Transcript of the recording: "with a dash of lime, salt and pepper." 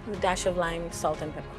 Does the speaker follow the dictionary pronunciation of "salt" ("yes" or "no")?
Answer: yes